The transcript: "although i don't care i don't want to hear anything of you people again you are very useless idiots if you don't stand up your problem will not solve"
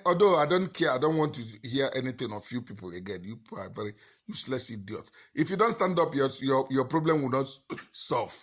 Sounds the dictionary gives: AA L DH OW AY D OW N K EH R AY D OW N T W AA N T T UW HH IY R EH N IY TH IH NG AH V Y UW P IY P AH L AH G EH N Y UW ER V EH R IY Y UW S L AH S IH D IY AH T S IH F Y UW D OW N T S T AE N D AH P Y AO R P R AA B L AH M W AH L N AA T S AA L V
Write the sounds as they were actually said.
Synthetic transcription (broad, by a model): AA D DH OW AY D OW N K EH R AY D OW N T W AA N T T UW HH IY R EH N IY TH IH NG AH F Y UW P IY P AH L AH G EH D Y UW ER V EH R IY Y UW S L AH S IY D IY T IH F Y UW D OW N T S T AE N D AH P Y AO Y P R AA B L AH M W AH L N AA T S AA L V